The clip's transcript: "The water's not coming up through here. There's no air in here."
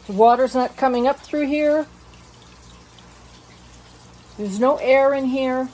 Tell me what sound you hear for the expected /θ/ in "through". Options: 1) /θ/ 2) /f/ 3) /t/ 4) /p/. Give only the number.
1